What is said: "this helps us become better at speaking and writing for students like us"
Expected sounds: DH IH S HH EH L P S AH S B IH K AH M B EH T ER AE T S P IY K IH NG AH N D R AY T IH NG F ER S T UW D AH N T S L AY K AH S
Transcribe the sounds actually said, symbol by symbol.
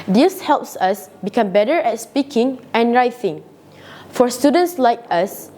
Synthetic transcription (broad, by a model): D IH S HH EH L P S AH S B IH K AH M B EH T ER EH T S P IY K IH NG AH N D R AY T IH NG F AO S T UW D AH N T S L AY K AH S